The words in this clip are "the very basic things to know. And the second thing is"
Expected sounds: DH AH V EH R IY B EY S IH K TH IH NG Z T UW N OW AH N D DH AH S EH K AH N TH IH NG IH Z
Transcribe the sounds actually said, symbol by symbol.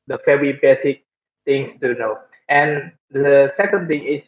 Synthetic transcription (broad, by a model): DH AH F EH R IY B EY S IH K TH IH NG S T UW N OW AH N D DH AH S EH K AH N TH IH NG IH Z